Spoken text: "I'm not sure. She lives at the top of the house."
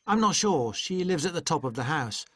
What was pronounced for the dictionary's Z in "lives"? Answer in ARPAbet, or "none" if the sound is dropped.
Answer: Z